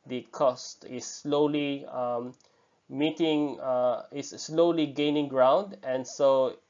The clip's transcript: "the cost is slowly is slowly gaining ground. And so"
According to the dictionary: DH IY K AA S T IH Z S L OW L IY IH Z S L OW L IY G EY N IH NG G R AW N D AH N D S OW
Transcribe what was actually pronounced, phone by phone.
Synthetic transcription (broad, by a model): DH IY K AA S T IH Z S L OW L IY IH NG S L OW L IY G EY N IH NG G R AW N D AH N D S OW